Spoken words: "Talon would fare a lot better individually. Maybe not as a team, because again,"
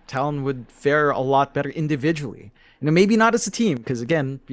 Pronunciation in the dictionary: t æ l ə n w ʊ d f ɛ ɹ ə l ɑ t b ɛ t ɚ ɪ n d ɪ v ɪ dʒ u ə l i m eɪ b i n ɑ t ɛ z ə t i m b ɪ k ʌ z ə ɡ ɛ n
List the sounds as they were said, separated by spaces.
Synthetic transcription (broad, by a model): t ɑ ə n w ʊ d f ɛ ɹ ə l ɑ t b ɛ t ɚ ɪ n d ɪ v ɪ dʒ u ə n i m eɪ b i n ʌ t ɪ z ə t i m k ʌ z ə ɡ ɛ n